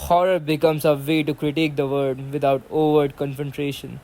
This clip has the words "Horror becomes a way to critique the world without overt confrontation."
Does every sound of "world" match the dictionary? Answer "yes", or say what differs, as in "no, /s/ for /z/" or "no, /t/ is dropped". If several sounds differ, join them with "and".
no, /l/ is dropped